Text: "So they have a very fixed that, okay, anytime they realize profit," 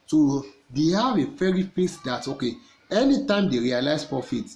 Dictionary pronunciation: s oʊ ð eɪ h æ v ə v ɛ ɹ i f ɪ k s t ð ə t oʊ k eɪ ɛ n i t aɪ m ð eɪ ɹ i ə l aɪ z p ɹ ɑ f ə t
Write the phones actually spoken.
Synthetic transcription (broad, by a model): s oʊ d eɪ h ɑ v ə f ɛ ɹ i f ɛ s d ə t oʊ k eɪ ɛ n i t aɪ m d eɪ ɹ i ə l aɪ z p ɹ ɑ f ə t